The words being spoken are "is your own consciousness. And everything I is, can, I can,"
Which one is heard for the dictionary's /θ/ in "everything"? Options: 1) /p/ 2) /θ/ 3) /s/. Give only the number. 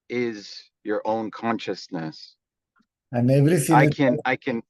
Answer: 3